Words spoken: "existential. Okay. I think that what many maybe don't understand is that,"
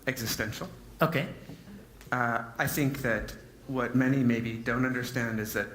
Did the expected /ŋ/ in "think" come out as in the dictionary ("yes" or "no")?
yes